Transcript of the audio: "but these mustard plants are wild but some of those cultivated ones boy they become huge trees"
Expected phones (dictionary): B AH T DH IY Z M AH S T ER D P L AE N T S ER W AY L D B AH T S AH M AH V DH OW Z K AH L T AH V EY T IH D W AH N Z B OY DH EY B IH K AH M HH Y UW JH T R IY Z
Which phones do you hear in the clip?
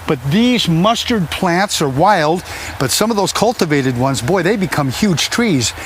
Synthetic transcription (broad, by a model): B AH T DH IY Z M AH S T ER D P L AE N T S ER W AY L D B AH T S AH M AH V DH OW Z K AH L T AH V EY T IH D W AH N Z B OY DH EY B IH K AH M HH Y UW JH T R IY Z